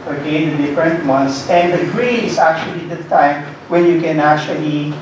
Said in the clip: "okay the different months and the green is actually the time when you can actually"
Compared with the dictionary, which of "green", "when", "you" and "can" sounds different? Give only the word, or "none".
green